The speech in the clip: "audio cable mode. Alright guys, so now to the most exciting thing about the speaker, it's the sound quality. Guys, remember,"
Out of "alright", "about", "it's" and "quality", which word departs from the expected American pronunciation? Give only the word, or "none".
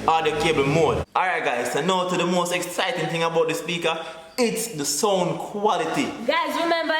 alright